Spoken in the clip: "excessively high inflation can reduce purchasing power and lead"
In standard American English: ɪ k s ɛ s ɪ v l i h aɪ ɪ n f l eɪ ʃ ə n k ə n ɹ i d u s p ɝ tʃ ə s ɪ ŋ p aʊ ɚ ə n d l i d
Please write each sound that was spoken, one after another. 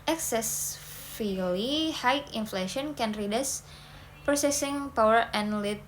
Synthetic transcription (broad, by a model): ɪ k s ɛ s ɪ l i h aɪ ɪ n f l eɪ ʃ ə n k ə n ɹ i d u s p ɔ s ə s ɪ ŋ p aʊ ɚ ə n l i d